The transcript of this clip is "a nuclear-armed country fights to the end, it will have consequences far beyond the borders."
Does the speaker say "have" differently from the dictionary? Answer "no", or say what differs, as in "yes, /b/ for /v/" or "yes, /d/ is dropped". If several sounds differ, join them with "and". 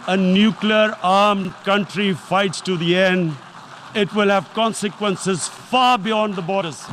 no